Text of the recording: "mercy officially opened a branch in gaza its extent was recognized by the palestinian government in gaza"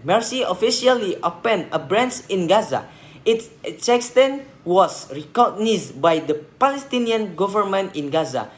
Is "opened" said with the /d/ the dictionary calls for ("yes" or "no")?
no